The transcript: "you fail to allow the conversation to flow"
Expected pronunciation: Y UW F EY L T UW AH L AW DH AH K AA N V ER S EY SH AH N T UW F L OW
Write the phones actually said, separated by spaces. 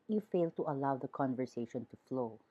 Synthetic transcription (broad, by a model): Y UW F EY L T UW AH L AW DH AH K AA N V ER S EY SH AH N T UW F L OW